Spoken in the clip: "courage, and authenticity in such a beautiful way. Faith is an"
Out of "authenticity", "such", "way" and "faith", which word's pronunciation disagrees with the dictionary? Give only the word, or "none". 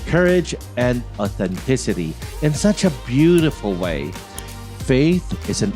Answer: none